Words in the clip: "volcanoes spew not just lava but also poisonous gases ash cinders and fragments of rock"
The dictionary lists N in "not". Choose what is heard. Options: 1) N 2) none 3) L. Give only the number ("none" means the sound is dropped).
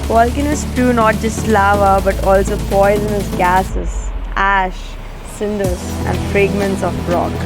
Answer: 1